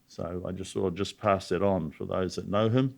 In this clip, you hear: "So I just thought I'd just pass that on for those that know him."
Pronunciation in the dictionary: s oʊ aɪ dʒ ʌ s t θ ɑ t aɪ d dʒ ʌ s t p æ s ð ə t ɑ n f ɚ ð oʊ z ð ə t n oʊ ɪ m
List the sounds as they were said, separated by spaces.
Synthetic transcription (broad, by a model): s oʊ aɪ dʒ ʌ s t s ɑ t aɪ dʒ ʌ s p æ s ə t n f ɚ ð oʊ z ð ə t n oʊ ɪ m